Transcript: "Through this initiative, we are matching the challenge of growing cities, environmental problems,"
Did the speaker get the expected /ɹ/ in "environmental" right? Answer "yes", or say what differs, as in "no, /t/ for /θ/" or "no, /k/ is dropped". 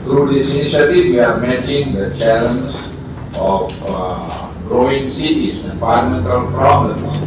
no, /ɹ/ is dropped